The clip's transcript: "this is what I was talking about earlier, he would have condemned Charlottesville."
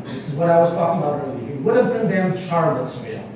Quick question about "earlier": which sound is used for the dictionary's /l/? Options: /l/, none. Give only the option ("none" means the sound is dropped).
none